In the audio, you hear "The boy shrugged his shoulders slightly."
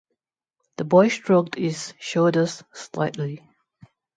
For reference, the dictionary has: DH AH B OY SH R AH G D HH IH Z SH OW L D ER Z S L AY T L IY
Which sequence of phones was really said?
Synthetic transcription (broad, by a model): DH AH B OY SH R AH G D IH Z SH OW D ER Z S L AY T L IY